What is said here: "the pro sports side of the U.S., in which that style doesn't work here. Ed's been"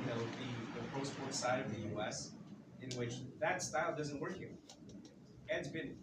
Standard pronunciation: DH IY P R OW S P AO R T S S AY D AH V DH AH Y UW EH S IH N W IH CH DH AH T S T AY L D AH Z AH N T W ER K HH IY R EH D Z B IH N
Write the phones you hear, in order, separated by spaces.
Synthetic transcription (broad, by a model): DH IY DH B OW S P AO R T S S AY D AH V DH AH Y UW EH S IH N W IH CH DH AH T S T AY L D AH Z AH N T W ER K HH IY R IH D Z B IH N